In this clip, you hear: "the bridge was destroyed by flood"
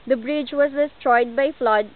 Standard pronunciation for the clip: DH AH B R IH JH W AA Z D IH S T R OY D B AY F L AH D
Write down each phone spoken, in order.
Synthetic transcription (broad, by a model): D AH B R IH JH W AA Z D IH S T R OY D B AY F L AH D